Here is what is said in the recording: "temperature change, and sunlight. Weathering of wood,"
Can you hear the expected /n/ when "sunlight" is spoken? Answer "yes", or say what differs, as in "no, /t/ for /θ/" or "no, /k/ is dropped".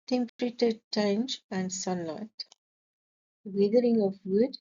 yes